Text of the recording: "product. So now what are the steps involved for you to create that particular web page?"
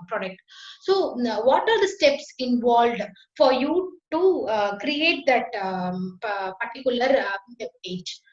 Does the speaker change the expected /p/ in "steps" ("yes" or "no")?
no